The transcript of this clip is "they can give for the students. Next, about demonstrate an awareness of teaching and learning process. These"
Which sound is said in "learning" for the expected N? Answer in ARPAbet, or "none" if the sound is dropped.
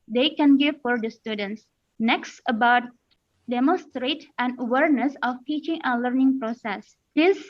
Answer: N